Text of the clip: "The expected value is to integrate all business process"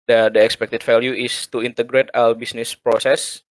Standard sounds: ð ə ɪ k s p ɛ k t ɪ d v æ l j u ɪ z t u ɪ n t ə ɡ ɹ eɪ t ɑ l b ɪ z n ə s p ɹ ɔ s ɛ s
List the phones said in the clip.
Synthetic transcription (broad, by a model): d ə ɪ k s p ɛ k t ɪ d f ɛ l j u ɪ s t u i n t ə ɡ ɹ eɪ t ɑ w b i s n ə s p ɹ ɔ s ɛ s